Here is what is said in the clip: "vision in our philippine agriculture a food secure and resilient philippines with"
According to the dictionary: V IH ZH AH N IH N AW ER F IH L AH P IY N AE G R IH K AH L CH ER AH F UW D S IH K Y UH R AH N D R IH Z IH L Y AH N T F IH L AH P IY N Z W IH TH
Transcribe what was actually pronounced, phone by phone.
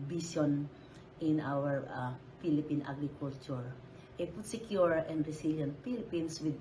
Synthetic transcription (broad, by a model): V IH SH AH N IH N AW ER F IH L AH P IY N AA G R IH K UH L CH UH AH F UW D S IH K Y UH R AH N D R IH S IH L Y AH N T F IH L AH P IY N S W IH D